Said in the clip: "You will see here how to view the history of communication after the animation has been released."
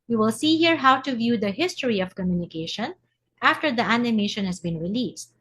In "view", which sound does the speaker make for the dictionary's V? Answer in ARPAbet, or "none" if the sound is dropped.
V